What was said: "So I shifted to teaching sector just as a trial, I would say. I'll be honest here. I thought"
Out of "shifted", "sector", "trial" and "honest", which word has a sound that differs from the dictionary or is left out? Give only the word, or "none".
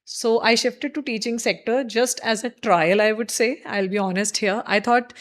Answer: none